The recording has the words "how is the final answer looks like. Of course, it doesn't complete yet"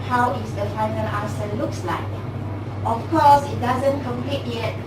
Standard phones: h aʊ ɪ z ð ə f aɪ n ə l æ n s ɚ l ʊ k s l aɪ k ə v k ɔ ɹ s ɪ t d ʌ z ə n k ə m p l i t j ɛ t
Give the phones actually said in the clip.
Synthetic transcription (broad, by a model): h aʊ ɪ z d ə f aɪ n ə l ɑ s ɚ l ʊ k s l aɪ k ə f k ɔ s ɪ t d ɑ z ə n k ə m p l i t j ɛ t